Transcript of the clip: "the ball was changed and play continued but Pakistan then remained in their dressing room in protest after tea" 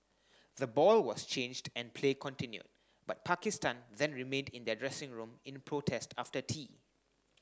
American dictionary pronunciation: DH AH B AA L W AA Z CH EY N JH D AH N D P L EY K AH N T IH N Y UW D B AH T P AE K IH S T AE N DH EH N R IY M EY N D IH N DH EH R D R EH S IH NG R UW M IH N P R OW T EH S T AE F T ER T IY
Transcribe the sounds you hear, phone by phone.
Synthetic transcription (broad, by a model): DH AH B AA L W AA S CH EY N JH D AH N P L EY K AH N T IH N Y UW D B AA T P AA K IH S T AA N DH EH N R IY M EY N D IH N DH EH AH D R EH S IH NG R UW M IH N P R OW T EH S T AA F T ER T IY